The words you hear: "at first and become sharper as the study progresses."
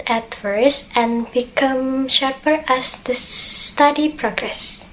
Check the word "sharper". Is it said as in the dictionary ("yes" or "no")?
yes